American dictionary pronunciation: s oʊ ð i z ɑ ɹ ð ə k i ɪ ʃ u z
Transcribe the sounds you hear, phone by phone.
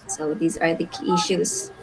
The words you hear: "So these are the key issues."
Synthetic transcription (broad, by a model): s oʊ ð i z ɑ ɹ ð ə k i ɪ ʃ u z